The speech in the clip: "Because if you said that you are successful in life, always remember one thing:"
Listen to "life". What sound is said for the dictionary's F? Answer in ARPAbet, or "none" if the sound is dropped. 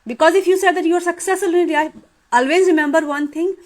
none